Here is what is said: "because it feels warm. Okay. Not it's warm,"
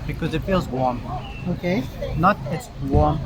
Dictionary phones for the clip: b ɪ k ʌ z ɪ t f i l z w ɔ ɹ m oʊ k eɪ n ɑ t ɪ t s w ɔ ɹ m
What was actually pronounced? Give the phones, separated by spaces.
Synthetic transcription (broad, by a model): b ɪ k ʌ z ɪ t f i l z w ɔ ɹ m oʊ k eɪ n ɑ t ɪ t s w ɔ ɹ m